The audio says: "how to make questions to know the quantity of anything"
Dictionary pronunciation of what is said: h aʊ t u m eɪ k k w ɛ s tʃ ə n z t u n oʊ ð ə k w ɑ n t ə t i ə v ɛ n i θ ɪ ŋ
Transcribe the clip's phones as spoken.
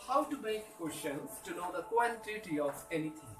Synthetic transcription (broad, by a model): h aʊ t u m eɪ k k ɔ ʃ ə z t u n oʊ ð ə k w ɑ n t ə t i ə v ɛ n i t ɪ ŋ